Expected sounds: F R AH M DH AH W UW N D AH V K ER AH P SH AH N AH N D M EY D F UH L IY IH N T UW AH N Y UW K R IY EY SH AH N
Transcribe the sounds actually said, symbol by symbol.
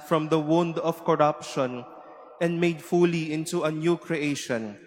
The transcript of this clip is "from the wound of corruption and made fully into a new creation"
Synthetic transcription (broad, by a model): F R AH M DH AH W UW N D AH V K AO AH P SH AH N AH N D M EY D F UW L IY IH N T UW AH N Y UW K R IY EY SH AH N